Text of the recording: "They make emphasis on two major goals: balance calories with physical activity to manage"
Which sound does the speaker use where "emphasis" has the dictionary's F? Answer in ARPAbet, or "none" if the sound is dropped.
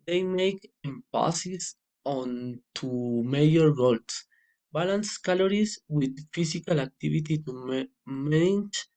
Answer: P